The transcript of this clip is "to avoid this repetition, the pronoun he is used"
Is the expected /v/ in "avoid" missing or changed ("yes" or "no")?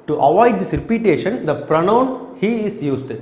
no